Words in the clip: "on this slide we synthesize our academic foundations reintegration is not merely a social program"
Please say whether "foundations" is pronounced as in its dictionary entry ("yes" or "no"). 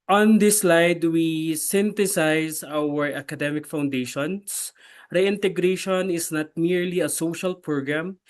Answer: no